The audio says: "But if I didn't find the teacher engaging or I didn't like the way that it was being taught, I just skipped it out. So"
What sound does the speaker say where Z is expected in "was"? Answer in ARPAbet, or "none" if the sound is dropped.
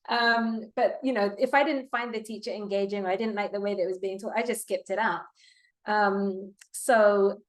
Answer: Z